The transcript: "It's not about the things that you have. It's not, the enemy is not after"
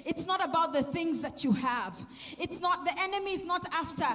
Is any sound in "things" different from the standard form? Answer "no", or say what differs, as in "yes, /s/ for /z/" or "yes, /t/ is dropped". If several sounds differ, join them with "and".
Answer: no